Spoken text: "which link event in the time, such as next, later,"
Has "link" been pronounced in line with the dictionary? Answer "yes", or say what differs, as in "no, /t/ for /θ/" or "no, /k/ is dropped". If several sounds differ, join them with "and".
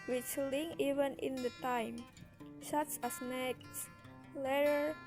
no, /k/ is dropped